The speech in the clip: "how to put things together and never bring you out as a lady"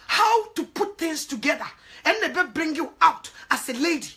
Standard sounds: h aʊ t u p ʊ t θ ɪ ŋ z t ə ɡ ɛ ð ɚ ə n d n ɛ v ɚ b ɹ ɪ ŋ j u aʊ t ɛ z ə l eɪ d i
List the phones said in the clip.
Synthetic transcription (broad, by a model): h aʊ t u p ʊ t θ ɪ ŋ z t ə ɡ ɛ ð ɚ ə n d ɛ b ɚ b ɹ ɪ ŋ j u aʊ t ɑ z ə l eɪ d i